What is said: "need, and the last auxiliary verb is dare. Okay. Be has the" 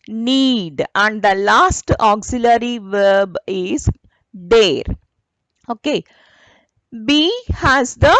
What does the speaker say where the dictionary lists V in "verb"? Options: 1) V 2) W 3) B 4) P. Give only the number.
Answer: 1